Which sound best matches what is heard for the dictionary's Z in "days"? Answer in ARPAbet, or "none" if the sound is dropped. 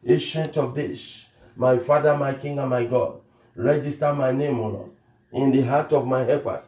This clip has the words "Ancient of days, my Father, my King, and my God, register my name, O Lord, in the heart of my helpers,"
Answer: S